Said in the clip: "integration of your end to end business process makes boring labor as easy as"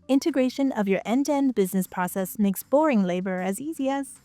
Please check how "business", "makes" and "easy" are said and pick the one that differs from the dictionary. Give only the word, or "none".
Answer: none